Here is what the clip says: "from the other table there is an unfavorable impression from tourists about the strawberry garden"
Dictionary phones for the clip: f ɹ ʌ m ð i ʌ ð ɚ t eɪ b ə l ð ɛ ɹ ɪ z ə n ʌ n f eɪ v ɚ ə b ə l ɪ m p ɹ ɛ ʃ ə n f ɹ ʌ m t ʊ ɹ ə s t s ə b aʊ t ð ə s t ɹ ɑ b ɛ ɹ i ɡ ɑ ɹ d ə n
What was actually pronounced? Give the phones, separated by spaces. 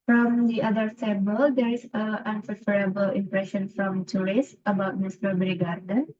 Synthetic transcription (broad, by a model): f ɹ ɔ m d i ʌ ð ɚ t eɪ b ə l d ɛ ɹ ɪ s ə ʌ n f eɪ f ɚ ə b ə l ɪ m p ɹ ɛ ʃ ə n f ɹ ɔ m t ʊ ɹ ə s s ə b aʊ t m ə s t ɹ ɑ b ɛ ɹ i ɡ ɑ ɹ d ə n